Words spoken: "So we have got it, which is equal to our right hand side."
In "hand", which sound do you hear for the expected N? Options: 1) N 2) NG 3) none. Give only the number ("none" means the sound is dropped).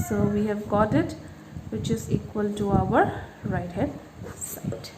3